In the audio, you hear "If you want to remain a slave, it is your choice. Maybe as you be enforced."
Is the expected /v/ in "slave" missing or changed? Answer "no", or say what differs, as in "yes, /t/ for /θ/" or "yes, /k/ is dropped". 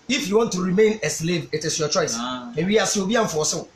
no